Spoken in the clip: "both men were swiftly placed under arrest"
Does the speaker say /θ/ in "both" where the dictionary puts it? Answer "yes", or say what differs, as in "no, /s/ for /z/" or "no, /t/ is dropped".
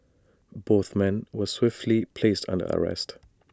yes